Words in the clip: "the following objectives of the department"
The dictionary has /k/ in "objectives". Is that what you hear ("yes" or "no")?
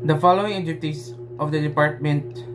no